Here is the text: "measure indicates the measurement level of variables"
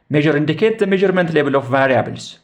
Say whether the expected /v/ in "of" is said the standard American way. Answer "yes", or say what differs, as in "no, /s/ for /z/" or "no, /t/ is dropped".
no, /f/ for /v/